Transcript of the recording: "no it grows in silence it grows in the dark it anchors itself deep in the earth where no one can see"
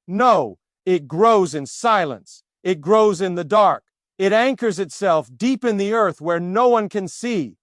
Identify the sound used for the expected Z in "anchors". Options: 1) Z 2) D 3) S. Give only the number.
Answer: 1